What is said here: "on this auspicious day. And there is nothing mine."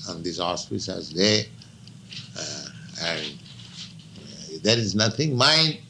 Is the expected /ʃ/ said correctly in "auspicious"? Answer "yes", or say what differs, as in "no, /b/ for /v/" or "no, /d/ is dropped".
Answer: no, /s/ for /ʃ/